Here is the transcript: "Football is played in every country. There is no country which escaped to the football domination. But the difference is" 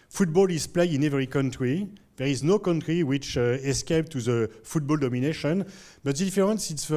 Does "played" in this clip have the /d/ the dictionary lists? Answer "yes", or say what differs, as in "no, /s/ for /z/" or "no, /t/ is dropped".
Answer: no, /d/ is dropped